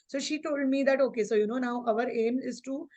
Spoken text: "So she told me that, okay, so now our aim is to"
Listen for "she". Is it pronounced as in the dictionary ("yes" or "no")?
yes